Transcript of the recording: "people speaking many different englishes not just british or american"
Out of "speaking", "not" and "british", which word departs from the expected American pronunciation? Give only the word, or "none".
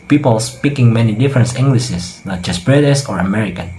british